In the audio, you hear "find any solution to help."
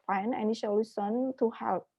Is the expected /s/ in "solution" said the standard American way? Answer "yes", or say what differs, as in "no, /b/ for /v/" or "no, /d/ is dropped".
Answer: no, /ʃ/ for /s/